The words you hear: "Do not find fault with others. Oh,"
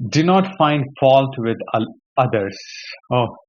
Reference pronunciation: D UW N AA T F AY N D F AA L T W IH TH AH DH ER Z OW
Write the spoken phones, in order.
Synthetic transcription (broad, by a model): D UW N AA T F AY N D F AA L T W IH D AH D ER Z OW